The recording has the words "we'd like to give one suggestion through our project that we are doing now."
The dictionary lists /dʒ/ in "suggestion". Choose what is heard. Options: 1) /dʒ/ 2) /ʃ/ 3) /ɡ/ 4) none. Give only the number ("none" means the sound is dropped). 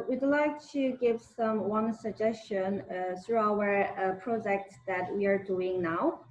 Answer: 1